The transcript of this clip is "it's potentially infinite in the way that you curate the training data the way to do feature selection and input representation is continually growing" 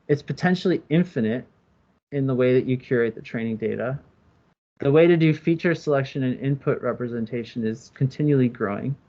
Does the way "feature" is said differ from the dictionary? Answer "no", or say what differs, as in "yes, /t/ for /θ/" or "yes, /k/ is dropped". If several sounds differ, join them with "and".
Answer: no